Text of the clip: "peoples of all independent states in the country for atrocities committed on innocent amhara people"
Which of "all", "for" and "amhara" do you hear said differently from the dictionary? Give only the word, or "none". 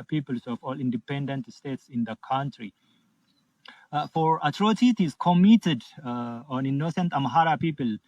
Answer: none